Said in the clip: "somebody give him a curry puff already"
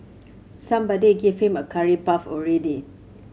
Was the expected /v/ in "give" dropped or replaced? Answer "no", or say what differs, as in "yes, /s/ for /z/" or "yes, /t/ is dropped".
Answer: yes, /f/ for /v/